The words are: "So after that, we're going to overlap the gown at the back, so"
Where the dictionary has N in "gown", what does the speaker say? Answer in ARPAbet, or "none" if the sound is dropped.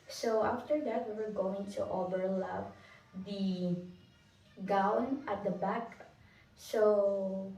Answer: N